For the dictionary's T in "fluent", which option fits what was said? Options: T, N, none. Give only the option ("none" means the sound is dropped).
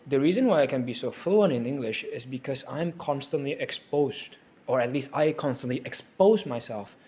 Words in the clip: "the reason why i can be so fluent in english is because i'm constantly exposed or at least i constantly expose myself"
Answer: none